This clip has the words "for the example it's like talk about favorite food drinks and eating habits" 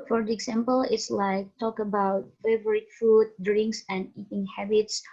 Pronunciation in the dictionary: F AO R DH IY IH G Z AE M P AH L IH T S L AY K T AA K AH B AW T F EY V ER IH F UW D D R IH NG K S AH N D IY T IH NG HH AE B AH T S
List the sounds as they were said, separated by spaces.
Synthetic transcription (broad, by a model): F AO R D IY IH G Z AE M P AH L IH T S L AY K T AA K AH B AW T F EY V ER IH F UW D D R IH NG K S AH N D IY T IH NG HH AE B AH T S